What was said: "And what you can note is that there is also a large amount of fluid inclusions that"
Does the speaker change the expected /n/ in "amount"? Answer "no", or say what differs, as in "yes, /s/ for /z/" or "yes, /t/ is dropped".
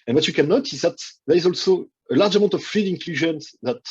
yes, /n/ is dropped